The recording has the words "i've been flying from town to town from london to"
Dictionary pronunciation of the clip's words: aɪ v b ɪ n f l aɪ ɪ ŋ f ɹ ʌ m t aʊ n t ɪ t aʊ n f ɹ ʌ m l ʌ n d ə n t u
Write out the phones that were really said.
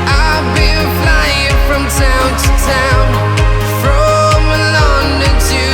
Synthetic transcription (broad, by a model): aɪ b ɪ l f l aɪ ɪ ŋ f ɹ ʌ m t aʊ n t ɪ t aʊ n f ɹ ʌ m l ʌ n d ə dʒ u